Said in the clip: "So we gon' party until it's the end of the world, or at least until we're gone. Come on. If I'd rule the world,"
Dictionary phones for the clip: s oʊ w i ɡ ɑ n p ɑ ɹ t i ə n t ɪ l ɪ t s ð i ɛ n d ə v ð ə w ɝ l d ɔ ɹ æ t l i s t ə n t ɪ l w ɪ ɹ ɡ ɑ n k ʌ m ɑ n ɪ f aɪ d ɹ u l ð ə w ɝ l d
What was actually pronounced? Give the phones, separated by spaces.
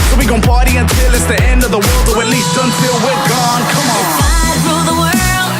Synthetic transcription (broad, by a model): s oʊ w i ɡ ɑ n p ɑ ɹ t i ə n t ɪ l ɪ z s ð i ɛ n d ə v ð ə w ɝ l d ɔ w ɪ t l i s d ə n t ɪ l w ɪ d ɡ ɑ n k ʌ m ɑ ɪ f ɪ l ð ə w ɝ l